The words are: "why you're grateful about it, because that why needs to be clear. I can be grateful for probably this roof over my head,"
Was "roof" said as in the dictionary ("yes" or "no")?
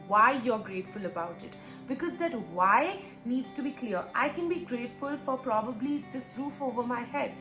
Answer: yes